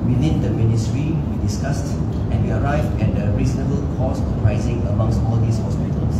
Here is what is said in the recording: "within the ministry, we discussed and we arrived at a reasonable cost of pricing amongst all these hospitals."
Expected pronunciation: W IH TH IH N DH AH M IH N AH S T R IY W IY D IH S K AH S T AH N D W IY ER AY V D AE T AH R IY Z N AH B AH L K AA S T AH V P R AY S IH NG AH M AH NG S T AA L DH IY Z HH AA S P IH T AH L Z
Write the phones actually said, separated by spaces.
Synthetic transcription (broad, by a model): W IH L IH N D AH M IH N AH S T R IY W IY D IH S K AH S T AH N W IY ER AY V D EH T AH R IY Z N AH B AH L K AA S AH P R AY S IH NG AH M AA NG S T AA L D IY S HH AA S P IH T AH L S